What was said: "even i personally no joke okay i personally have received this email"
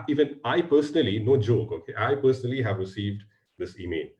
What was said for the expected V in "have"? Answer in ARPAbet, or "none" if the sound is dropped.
V